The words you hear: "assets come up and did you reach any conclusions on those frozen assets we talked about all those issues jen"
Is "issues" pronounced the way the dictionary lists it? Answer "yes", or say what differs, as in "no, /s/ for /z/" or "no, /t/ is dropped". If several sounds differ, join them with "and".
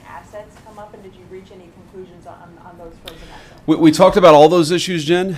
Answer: yes